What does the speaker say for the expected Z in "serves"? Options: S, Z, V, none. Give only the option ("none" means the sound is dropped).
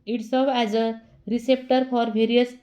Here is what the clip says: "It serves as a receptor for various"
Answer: none